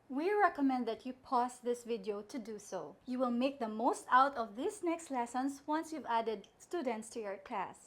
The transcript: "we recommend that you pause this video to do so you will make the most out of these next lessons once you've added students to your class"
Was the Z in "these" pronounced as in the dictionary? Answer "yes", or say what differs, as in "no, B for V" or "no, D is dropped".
no, S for Z